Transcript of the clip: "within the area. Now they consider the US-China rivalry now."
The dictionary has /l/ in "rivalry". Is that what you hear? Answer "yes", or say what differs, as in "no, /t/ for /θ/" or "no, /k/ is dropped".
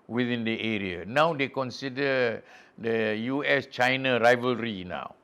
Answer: yes